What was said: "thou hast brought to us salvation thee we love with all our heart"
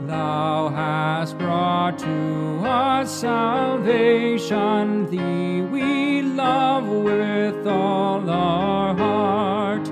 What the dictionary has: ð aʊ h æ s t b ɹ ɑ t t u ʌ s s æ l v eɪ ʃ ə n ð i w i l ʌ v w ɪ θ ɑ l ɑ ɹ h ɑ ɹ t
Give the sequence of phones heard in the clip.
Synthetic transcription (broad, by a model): ð aʊ h æ s t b ɹ ɑ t t u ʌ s s æ l v eɪ ʃ ə n ð i w i l ʌ v w ɪ θ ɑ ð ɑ ɹ h ɑ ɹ t